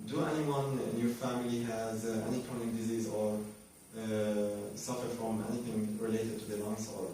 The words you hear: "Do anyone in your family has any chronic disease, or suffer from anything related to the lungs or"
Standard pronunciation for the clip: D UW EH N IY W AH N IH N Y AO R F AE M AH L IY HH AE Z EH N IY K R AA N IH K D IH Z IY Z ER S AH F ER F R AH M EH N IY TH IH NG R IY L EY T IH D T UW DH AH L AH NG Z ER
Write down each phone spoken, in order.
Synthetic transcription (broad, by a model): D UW EH N IY W AH N IH N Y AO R F AE M AH L IY HH AE Z EH N IY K AA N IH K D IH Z IY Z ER S AH F ER F R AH M EH N IY TH IH NG R IY L EY T IH D T UW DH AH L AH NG S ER